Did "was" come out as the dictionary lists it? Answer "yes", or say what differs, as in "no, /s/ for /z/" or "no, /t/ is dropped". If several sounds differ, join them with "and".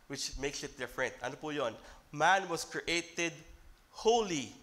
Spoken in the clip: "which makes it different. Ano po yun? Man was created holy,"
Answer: no, /s/ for /z/